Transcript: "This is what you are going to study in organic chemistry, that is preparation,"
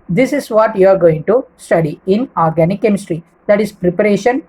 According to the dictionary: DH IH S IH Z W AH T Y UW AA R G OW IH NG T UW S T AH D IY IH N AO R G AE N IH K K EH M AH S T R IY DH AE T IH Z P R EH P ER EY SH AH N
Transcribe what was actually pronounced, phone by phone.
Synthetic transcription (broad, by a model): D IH S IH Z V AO T Y UW AA R G OW IH NG T UW S T AH D IY IH N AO R G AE N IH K K EH M AH S T R IY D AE T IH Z P R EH P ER EY SH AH N